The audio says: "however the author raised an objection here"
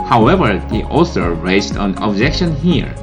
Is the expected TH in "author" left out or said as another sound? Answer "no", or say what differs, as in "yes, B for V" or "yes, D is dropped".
yes, S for TH